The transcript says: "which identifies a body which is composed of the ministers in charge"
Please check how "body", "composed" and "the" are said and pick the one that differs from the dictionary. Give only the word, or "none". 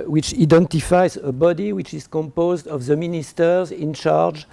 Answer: none